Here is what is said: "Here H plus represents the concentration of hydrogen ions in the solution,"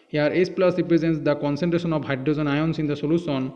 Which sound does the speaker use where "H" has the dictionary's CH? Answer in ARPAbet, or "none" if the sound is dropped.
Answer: S